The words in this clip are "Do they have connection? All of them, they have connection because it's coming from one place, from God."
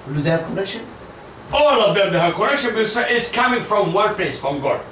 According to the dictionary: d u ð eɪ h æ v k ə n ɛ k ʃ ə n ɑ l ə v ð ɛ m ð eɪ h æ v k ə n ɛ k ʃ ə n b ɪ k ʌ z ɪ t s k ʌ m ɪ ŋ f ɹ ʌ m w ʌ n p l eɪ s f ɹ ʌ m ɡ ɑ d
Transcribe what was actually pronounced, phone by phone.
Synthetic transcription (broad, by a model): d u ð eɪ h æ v k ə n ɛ k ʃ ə n ɑ l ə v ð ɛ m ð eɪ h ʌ k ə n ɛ k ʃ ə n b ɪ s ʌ ɪ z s k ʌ m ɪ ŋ f ɹ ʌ m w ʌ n p l eɪ s f ɹ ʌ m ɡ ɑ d